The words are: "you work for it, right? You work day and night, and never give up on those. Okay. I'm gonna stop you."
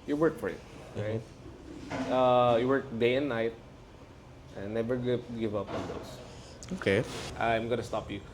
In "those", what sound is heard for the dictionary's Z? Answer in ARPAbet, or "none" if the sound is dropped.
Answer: S